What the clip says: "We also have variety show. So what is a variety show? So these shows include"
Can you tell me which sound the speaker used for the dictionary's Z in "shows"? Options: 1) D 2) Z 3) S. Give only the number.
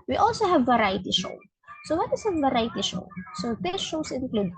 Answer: 3